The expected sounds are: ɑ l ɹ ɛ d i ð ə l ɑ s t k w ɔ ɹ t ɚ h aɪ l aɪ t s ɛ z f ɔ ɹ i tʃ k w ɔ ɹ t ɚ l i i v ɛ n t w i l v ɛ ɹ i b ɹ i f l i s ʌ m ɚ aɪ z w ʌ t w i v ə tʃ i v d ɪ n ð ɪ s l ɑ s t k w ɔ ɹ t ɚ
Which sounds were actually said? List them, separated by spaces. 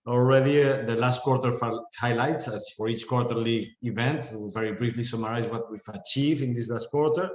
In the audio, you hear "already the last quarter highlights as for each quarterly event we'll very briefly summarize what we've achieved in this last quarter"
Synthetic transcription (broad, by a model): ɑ l ɹ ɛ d i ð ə l ɑ s t k w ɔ ɹ t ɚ h aɪ l aɪ t s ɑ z f ɔ ɹ i tʃ k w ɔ ɹ t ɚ l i i v ɛ n t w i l v ɛ ɹ i b ɹ i f l i s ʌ m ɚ aɪ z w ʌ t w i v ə tʃ i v ɪ n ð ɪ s l ɑ s t k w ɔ ɹ t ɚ